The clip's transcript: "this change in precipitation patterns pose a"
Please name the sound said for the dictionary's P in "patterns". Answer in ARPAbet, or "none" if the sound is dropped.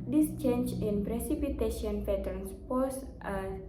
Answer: F